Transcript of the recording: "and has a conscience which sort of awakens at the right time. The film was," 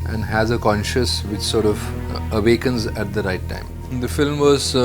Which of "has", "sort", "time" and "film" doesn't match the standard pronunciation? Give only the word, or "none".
none